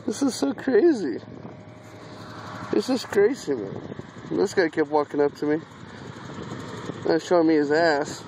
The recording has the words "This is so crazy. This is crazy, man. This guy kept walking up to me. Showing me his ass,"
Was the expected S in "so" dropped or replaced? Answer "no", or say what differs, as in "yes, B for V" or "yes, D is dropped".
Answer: no